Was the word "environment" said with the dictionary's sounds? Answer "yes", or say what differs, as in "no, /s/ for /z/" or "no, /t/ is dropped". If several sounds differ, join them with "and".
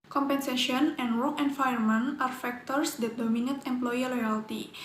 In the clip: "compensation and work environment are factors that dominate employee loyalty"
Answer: no, /ɹ/ is dropped